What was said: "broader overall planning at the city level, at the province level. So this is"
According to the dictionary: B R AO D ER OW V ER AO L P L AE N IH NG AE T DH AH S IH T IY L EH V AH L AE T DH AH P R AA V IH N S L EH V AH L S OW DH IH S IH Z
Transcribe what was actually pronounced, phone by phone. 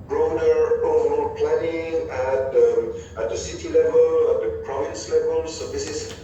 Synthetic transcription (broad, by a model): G R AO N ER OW B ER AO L P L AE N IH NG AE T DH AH S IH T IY L EH V AH L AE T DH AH P R AA V IH N S L EH V AH L S OW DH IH S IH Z